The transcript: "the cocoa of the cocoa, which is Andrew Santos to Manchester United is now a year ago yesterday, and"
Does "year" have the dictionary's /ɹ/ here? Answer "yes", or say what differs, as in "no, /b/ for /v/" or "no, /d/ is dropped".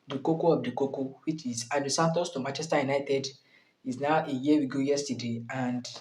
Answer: no, /w/ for /ɹ/